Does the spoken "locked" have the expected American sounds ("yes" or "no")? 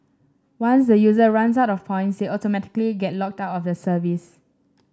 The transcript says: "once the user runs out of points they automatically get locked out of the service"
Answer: yes